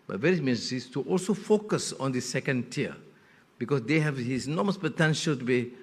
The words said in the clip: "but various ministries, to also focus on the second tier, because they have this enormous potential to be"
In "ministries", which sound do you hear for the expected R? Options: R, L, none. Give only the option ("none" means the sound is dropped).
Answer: none